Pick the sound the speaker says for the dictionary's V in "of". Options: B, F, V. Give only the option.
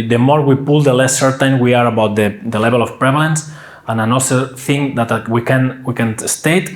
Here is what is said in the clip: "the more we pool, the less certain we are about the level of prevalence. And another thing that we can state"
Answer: F